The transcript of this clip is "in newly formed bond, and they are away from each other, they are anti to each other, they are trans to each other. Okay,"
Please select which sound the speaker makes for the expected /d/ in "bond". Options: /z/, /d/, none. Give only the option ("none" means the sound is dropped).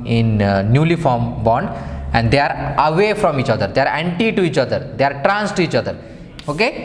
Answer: /d/